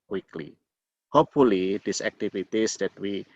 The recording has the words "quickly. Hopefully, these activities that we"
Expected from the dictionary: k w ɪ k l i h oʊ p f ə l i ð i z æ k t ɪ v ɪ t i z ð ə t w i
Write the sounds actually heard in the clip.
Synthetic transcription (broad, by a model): k w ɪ k l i h oʊ p f ə l i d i s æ k t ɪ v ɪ t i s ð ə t w i